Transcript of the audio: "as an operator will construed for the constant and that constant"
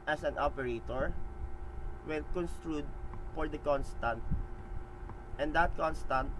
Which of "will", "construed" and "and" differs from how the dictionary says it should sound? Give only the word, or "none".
will